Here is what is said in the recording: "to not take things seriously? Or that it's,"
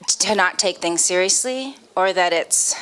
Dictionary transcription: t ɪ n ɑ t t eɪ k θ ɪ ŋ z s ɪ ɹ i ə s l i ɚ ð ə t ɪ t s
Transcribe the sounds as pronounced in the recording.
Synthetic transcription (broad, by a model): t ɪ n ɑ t t eɪ k θ ɪ ŋ z s ɪ ɹ i ə s l i ɚ ð ə t ɪ t s